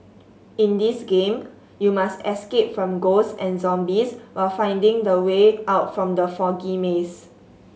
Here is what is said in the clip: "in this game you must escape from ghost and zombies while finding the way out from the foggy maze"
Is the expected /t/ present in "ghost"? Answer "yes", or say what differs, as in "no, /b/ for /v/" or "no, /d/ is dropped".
no, /t/ is dropped